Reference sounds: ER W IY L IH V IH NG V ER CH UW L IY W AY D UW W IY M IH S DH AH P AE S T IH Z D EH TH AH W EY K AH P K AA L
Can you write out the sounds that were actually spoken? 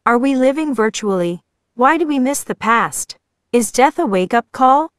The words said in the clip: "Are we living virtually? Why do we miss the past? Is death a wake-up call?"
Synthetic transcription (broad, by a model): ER W IY L IH V IH NG V ER CH UW L IY W AY D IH W IY M IH S DH AH P AE S T IH Z D EH TH AH W EY K AH P K AA L